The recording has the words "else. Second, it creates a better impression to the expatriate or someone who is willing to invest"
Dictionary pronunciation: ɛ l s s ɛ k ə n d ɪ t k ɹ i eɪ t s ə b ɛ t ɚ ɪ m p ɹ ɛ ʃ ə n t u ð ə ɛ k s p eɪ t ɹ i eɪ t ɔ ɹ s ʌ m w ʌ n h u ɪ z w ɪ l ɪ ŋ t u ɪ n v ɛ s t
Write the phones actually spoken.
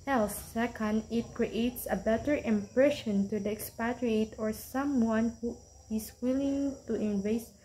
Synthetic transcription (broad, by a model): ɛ l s s ɛ k ə n d ɪ t k ɹ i eɪ t s ə b ɛ t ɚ ɪ m p ɹ ɛ ʃ ə n t u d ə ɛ k s p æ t ɹ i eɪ t ɔ ɹ s ʌ m w ʌ n h u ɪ s w ɪ l ɪ ŋ t u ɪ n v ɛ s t